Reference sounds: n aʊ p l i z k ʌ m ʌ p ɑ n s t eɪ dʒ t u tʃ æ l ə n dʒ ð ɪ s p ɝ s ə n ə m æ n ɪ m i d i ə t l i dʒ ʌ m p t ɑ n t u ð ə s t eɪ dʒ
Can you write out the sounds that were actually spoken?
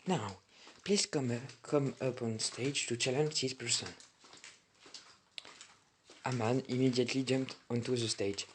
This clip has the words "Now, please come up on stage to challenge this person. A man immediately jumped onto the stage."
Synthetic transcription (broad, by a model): n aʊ p l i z k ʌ m ʌ p ɑ n s t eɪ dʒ t u tʃ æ l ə n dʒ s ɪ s p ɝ s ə n ə m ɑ n ɪ m i d i ə t l i dʒ ʌ m p t ɑ n t u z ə s t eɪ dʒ